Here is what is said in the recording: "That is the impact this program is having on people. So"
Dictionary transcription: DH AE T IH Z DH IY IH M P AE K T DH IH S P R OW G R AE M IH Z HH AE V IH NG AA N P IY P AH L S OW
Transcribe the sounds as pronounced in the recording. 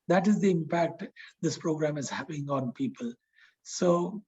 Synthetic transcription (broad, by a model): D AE T IH Z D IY IH M P AE K T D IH S P R OW G R AE M IH Z HH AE P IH NG AA N P IY P AH L S OW